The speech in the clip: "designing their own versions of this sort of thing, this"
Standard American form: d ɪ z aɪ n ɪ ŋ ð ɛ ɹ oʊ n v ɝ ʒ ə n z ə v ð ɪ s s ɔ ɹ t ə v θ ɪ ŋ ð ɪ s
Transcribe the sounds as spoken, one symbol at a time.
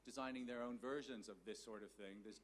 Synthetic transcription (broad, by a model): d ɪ z aɪ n ɪ ŋ ð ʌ ɹ oʊ n v ɝ ʒ ə n z ə v ð ɪ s s ɔ ɹ t ə v θ ɪ ŋ ð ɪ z